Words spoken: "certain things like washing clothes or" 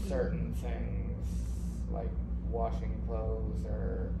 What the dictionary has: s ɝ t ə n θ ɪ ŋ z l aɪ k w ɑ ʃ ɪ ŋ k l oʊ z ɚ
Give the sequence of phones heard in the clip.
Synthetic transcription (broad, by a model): s ɝ t n θ ɪ ŋ z l aɪ k w ɑ ʃ ɪ ŋ k l oʊ z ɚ